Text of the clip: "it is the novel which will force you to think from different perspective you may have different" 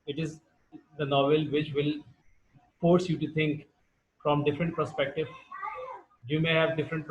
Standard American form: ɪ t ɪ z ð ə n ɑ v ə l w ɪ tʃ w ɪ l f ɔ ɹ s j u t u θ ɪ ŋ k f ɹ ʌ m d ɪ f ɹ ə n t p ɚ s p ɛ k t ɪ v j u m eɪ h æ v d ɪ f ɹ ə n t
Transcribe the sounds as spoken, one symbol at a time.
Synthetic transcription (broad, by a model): ɪ t ɪ z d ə n ɑ v ə l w ɪ tʃ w ɪ l f ɔ ɹ s j u t u t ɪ ŋ k f ɹ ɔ m d ɪ f ɹ ə n t p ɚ s p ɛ k t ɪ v j u m eɪ h æ v d ɪ f ɹ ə n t